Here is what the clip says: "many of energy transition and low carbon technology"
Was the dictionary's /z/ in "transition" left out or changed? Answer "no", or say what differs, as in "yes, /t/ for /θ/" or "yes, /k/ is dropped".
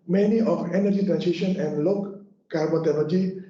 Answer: yes, /s/ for /z/